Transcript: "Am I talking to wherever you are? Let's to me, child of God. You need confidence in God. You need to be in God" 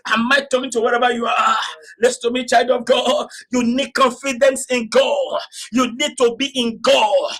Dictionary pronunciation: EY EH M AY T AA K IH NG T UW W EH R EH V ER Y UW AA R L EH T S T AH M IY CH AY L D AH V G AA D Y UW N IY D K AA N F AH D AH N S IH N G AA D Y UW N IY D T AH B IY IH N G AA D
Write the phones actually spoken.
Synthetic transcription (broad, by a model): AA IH M AY T AA K IH NG T UW W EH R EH V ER Y UW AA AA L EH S T AH M IY CH AY L D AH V G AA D Y UW N IY D K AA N F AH D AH N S IH N G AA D Y UW N IY D T AH B IY IH N G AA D